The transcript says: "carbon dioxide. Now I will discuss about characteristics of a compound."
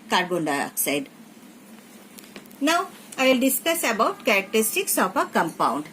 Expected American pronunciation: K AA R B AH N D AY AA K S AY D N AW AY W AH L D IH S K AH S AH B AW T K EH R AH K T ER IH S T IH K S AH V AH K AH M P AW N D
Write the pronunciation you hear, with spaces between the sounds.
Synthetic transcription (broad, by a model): K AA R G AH N D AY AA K S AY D N AW AY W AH L D IH S K AH S AH B AW T K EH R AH K T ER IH S T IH K S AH P AH K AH M P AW N D